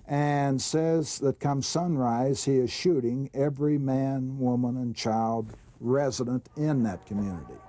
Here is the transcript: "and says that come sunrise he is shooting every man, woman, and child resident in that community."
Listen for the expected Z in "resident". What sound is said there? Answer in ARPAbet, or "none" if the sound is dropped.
Z